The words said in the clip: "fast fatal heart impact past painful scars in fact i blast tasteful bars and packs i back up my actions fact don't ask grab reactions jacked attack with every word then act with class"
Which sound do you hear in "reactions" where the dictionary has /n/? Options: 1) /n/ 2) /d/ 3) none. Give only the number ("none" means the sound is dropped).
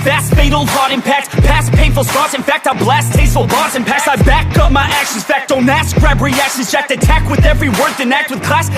3